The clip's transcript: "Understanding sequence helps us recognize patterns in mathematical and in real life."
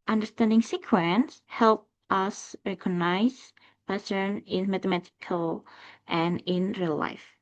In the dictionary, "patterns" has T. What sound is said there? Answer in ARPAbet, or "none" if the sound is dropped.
S